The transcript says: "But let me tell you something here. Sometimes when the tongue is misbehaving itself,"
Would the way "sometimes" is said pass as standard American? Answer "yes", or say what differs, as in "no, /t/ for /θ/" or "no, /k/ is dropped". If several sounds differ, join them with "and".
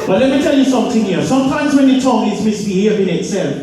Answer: yes